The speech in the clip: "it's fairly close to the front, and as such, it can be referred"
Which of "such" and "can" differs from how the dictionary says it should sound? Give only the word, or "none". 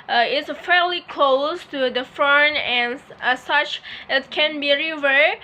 none